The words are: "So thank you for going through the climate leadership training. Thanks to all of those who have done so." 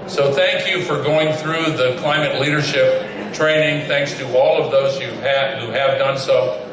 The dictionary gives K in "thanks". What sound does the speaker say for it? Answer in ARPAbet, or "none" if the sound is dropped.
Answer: K